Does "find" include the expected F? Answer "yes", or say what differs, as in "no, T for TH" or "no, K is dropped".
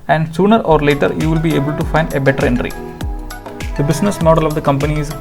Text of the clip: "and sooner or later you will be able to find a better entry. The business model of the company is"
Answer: yes